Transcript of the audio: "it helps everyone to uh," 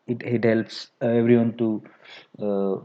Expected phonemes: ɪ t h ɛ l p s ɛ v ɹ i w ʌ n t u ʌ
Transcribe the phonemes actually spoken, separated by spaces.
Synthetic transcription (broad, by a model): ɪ t h ɛ l p s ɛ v ɹ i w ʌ n t u